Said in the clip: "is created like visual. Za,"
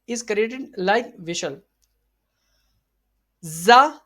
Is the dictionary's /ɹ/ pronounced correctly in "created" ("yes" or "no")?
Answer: yes